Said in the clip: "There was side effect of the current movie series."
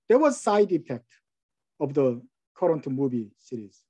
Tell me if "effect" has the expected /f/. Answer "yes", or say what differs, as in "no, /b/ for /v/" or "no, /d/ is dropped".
no, /p/ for /f/